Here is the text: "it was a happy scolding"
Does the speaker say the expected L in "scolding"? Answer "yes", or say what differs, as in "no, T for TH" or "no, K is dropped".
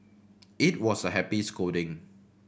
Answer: no, L is dropped